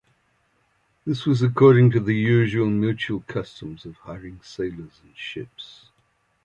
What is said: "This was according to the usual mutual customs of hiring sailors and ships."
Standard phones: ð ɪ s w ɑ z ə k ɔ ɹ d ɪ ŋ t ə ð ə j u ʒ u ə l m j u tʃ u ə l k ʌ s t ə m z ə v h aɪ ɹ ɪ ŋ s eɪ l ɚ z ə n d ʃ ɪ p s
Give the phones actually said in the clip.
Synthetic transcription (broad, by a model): ð ɪ s w ɑ z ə k ɔ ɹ d ɪ ŋ t ə ð ə j u ʒ u ə l m j u tʃ u ə l k ʌ s t ə m z ə v h aɪ ɹ ɪ ŋ s eɪ l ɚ z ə n ʃ ɪ p s